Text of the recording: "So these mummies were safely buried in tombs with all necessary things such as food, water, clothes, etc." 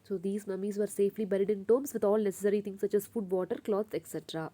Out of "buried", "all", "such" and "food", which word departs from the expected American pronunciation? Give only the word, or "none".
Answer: none